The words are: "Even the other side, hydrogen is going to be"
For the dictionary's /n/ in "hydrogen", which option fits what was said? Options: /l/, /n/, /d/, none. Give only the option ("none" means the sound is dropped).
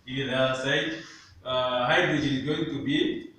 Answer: none